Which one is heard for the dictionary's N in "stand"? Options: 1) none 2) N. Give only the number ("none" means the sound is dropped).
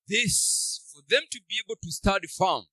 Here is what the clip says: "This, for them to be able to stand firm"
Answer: 1